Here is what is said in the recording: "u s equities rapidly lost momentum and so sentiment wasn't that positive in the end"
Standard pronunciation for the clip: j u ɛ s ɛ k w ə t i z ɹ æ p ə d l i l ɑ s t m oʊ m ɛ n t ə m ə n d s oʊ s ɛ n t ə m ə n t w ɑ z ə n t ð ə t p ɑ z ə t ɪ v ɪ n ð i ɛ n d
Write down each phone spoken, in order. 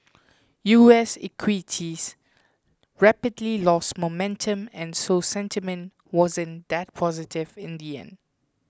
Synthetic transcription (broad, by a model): j u ɛ s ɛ k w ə t i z ɹ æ p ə d l i l ɑ s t m oʊ m ɛ n t ə m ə n s oʊ s ɛ n t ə m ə n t w ɑ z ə n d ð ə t p ɑ z ə t ɪ v ɪ n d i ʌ n